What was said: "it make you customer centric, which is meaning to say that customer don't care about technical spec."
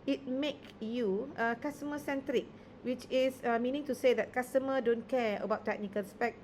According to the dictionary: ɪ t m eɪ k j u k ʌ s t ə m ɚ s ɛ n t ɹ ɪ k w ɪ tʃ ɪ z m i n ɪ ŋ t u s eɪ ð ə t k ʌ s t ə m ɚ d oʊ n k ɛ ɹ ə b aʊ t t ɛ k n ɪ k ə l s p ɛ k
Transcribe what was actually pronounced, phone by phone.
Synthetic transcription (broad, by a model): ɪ t m eɪ k j u k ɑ s t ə m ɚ s ɛ n t ɹ ɪ k w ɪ tʃ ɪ s m i n ɪ ŋ t u s eɪ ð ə t k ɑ s t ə m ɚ d oʊ n k ɛ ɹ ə b aʊ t t ɛ k n ɪ k ə l s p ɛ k